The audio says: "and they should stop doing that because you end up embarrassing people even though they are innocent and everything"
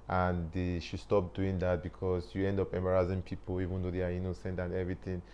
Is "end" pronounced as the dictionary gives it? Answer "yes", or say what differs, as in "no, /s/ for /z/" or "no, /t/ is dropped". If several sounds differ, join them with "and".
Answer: yes